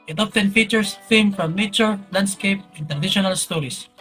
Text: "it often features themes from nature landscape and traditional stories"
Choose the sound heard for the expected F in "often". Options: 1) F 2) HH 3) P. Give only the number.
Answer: 3